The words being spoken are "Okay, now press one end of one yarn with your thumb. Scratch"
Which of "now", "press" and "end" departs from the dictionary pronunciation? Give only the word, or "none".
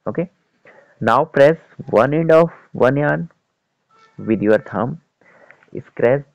none